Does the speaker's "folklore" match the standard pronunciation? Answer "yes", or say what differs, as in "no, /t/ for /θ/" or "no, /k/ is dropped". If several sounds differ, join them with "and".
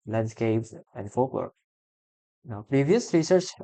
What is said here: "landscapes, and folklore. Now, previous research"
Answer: no, /w/ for /l/